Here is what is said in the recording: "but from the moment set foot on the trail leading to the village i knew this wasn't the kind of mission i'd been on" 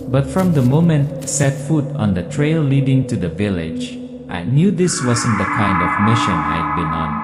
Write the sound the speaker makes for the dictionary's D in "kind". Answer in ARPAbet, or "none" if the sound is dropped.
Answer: D